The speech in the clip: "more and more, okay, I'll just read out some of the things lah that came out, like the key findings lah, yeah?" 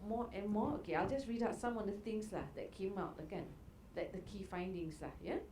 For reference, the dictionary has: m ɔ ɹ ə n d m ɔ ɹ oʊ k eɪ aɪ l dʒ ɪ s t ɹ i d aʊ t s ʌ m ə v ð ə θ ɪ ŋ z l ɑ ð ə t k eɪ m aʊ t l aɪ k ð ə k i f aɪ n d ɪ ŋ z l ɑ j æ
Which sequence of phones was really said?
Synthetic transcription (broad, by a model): m ɔ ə n m ɔ oʊ k eɪ aɪ l dʒ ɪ s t ɹ i d aʊ t s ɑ m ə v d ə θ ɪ ŋ s l ɑ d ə t k eɪ m aʊ t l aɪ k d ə k i f aɪ n d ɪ ŋ s l ɑ j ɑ